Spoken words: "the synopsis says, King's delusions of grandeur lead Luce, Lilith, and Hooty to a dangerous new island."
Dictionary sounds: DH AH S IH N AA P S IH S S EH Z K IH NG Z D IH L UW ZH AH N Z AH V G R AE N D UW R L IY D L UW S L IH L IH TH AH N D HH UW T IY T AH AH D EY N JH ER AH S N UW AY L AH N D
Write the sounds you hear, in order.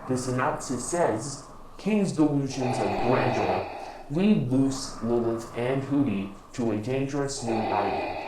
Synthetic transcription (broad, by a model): DH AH S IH N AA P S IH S S EH Z K IH NG Z D IH L UW ZH AH N Z AH V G R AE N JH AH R L IY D L UW S L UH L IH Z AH N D HH UW T IY T AH AH D EY N JH ER AH S N UW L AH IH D